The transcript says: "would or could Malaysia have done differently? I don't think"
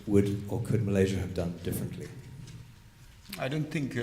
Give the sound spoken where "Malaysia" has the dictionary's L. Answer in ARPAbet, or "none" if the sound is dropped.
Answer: L